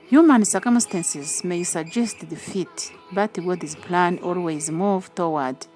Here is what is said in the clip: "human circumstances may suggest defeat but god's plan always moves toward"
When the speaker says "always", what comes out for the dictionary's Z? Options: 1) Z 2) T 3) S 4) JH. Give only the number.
1